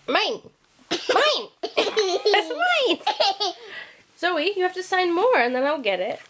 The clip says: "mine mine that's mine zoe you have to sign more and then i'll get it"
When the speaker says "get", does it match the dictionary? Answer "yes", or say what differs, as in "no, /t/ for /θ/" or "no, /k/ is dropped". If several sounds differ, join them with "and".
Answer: yes